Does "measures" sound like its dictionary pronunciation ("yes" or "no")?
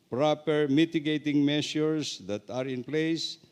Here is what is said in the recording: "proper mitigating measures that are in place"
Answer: no